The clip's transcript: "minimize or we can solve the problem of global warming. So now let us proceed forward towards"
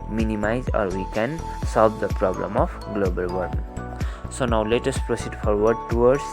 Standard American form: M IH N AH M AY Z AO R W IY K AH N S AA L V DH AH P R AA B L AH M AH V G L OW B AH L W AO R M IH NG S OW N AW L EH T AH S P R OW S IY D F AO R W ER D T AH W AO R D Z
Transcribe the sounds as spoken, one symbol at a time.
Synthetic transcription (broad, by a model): M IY N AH M AY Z AO R W IY K AH N S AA L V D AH P R AA B L AH M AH P G L OW B AH L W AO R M S OW N AW L EH T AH S P R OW S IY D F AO R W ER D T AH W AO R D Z